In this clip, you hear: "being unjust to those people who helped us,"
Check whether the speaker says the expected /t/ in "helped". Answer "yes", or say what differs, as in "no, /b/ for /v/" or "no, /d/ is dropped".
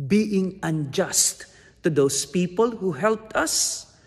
yes